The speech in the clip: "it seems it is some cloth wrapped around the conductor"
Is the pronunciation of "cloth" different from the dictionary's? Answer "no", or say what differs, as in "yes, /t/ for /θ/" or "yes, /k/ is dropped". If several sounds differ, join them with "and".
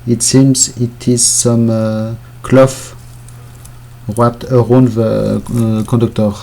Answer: yes, /f/ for /θ/